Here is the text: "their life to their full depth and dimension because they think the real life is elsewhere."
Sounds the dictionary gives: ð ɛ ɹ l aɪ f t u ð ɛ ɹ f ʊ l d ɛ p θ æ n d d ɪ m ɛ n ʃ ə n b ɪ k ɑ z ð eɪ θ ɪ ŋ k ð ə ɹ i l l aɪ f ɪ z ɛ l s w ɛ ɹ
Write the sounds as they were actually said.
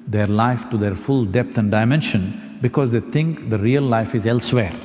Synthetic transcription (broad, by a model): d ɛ ɹ l aɪ f t u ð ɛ ɹ f ʊ l d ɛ p t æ n d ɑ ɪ m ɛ n ʃ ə n b ɪ k ɑ z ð eɪ t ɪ ŋ k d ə ɹ i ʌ l aɪ f ɪ z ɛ l s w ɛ ɹ